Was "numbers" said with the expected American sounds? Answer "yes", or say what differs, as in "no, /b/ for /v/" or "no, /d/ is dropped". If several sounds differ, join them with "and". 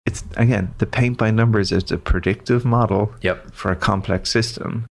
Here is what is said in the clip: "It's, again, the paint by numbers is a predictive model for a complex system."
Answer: yes